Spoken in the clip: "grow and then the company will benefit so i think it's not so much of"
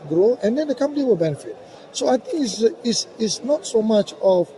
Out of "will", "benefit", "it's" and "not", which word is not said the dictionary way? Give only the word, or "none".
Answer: it's